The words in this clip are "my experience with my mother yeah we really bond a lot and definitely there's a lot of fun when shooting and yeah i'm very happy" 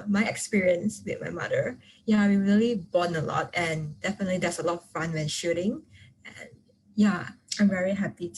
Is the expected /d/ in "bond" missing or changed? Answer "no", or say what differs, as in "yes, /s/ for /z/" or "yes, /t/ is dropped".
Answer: yes, /d/ is dropped